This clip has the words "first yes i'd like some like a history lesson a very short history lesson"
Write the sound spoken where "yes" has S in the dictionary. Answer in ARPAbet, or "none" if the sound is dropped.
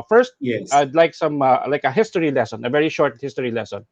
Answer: none